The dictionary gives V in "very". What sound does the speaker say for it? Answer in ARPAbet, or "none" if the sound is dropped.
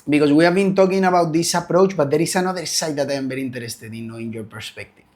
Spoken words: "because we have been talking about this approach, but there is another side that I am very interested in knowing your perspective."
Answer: B